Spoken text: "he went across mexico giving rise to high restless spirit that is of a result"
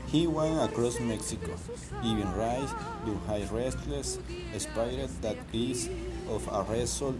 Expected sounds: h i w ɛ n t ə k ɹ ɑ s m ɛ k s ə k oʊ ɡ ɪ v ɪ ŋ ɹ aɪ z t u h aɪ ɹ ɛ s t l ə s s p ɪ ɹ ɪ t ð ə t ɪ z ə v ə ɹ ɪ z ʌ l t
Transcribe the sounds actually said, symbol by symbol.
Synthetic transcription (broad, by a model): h i w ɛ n ə k ɹ ɑ s m ɛ k s ə k oʊ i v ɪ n ɹ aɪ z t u h aɪ ɹ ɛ s t l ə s s p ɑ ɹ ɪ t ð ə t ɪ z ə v ə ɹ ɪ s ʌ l